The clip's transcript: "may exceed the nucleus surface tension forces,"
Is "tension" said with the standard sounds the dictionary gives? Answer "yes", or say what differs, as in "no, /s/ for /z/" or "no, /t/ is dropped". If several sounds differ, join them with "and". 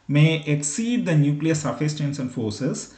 no, /s/ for /ʃ/